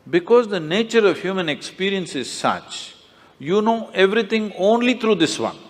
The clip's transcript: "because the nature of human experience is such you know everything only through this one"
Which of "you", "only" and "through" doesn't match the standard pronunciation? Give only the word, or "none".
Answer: through